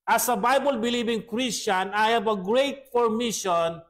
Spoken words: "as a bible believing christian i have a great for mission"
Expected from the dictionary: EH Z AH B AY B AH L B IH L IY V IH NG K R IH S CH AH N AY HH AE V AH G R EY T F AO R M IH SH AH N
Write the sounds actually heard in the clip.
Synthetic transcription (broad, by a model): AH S AH B AY B AH L B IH L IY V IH NG K R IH S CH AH N AY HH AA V AH G R EY T P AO R M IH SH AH N